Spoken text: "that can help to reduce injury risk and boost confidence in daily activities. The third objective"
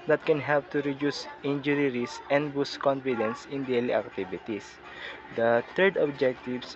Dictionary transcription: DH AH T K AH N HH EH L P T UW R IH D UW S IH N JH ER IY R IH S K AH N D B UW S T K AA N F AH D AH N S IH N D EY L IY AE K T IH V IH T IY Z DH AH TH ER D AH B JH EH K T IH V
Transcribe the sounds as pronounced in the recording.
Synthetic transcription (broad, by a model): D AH T K AH N HH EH L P T UW R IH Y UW S IH N JH ER IY R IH S AH N D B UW S K AA N F AH D AH N S IH N D EY L IY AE K T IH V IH T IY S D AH T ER D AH B JH EH K T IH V